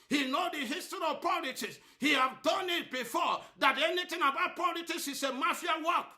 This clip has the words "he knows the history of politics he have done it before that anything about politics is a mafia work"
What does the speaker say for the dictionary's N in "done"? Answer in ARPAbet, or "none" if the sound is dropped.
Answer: N